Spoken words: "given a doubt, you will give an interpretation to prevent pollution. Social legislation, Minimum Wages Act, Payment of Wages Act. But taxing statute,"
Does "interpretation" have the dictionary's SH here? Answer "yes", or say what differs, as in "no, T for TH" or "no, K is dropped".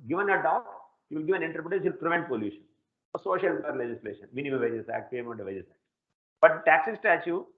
no, SH is dropped